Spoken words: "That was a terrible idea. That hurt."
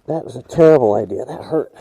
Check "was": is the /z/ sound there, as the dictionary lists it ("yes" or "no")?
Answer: yes